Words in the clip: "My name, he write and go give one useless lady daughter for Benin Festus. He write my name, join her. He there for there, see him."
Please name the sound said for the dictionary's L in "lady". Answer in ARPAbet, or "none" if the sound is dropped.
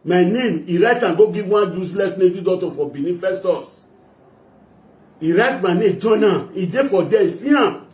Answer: N